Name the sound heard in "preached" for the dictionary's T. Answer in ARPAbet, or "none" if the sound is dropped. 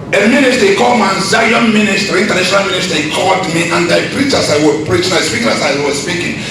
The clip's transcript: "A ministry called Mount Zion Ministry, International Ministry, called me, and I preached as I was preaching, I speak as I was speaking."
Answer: none